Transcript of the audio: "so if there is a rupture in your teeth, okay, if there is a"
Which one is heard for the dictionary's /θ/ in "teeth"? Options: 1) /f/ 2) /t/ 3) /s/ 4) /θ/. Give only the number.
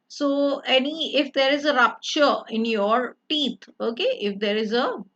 2